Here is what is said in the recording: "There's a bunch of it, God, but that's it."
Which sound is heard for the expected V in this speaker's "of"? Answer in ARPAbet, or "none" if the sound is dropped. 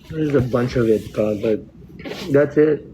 V